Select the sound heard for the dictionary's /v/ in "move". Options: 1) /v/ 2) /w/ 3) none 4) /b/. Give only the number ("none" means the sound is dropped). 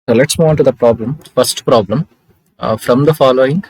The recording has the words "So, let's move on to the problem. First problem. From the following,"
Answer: 3